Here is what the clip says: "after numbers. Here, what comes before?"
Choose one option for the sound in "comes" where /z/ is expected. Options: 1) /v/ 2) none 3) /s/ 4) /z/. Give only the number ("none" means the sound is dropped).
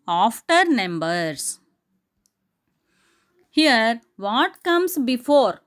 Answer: 3